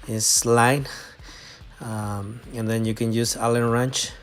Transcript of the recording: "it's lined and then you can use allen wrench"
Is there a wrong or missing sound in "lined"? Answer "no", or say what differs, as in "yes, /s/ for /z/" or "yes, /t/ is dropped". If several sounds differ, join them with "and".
yes, /d/ is dropped